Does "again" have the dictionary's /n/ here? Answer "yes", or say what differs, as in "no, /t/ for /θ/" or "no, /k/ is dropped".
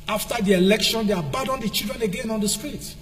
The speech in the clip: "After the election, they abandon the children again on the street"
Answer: yes